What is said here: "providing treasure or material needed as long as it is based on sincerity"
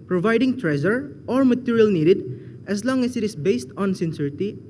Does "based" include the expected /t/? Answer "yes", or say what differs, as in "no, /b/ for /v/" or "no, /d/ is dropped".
yes